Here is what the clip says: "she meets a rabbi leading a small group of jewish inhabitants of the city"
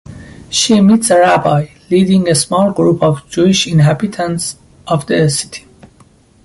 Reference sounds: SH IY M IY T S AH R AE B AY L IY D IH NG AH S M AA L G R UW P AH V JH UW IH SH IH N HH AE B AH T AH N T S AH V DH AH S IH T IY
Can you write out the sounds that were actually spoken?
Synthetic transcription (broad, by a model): SH IY M IY T S AH R AE B AY L IY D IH NG AH S M AA L G R UW P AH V JH UW IH SH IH N HH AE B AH T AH N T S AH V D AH S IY T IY